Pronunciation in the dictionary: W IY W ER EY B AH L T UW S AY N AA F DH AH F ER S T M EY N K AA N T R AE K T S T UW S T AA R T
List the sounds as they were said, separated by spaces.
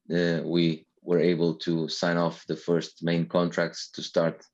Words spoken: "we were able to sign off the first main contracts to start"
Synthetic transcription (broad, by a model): W IY W ER EY B AH L T UW S AY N AA F DH AH F ER S T M EY N K AA N T R AE K T S T UW S T AA R T